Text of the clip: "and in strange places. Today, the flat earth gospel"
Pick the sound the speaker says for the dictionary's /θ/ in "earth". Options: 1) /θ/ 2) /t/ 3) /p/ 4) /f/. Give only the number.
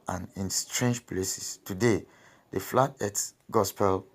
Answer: 2